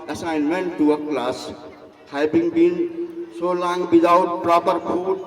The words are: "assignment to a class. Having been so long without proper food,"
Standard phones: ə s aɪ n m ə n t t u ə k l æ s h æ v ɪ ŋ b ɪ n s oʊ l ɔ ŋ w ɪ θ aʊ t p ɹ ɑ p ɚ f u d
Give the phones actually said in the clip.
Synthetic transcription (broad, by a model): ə s aɪ n m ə n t t u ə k l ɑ s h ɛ b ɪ ŋ b ɪ n s oʊ l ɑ ŋ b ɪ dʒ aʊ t p ɹ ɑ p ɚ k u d